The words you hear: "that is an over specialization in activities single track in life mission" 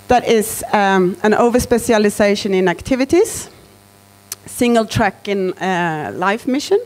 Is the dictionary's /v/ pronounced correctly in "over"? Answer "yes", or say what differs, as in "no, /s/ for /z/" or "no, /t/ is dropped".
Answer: yes